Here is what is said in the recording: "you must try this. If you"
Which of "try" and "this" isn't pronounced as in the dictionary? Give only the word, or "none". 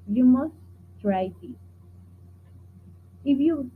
this